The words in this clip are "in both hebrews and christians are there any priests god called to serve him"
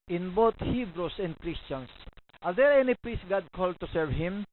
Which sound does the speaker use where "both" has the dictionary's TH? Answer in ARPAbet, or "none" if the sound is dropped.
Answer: T